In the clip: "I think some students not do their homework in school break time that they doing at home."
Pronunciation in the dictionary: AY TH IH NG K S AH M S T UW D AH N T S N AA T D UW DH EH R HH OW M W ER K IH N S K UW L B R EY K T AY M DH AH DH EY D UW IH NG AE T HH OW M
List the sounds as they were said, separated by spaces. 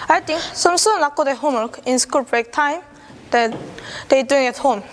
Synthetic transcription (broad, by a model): AY T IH NG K S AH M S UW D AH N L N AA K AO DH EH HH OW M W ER K IH N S K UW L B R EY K T AY M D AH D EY D UW IH NG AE T HH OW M